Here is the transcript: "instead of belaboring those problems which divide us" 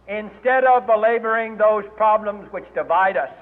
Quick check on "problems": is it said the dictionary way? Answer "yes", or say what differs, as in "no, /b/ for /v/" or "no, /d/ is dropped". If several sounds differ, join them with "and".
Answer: yes